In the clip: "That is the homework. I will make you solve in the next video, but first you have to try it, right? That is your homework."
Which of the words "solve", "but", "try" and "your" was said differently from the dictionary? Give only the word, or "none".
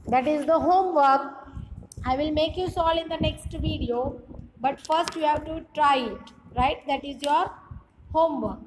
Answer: solve